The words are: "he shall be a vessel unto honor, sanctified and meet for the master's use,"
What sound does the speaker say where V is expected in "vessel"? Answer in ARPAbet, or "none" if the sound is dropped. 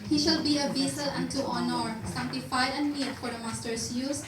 B